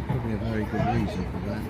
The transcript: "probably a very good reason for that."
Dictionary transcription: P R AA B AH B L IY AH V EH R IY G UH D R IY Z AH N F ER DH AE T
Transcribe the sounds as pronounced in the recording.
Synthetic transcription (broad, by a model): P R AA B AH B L IY AH V EH R IY G UH D R IY Z AH N F ER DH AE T